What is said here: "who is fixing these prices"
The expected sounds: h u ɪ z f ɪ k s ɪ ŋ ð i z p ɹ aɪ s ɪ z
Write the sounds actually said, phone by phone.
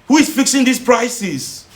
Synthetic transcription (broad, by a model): h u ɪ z f ɪ k s ɪ ŋ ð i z p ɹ aɪ s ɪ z